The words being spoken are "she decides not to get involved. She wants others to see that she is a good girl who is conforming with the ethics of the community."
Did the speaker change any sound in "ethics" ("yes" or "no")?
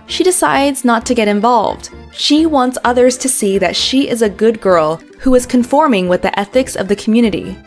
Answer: no